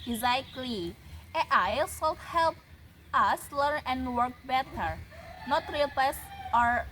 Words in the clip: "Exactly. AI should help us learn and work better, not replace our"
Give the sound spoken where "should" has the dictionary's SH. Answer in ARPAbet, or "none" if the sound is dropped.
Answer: S